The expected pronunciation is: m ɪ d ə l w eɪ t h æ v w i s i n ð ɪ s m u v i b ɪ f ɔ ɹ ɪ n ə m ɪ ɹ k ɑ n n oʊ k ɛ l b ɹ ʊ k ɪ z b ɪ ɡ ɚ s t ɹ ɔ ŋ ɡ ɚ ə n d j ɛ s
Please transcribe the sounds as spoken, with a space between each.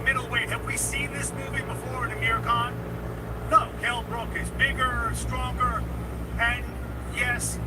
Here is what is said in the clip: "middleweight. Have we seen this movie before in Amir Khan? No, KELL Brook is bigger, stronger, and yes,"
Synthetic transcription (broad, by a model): m ɪ d l w eɪ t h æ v w i s i n ð ɪ s m u v i b ɪ f ɔ ɹ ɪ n ə m ɪ ɹ k ɑ n n oʊ k ɛ l b ɹ ʊ k ɪ z b ɪ ɡ ɚ s t ɹ ɔ ŋ ɡ ɚ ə n j ɛ s